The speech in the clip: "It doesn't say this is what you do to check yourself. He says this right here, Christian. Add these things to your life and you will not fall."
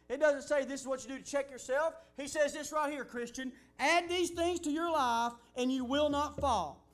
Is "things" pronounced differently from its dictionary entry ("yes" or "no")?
no